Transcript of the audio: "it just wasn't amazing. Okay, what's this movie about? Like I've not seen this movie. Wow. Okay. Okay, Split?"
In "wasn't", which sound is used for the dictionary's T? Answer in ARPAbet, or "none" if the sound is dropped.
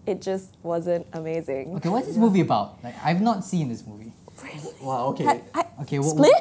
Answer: T